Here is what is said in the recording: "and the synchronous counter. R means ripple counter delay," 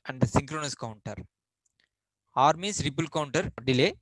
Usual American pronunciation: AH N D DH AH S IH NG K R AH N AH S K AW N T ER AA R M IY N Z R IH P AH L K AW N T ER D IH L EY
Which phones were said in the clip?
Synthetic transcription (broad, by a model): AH N D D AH S IH NG K R AH N AH S K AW N T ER AA R M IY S R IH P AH L K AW N T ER D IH L EY